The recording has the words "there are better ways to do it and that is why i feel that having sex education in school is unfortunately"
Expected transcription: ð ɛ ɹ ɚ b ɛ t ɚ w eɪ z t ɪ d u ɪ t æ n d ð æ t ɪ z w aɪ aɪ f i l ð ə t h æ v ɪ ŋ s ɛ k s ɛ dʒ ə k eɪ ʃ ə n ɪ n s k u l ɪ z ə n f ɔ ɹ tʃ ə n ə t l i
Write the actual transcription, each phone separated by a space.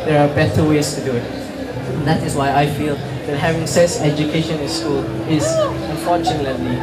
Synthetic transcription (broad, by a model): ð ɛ ɹ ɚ b ɛ t ɚ w eɪ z t ɪ d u ɪ t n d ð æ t ɪ z w aɪ aɪ f i l ð ə t h æ v ɪ ŋ s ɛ s ɛ dʒ ə k eɪ ʃ ə n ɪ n s k u l ɪ z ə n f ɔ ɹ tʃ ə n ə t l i